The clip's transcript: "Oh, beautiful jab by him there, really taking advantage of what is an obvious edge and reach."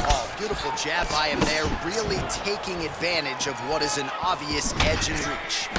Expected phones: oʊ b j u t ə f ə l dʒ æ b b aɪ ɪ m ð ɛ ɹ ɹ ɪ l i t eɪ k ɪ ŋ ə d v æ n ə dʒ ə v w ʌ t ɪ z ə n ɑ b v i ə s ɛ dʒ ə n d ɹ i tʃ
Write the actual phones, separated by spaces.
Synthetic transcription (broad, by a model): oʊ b j u t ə f l dʒ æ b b aɪ ɪ m ð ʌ ɹ ɹ ɪ l i t eɪ k ɪ ŋ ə d v æ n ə dʒ ə v w ʌ t ɪ z ə n ɑ v i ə s ɛ dʒ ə n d ɹ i tʃ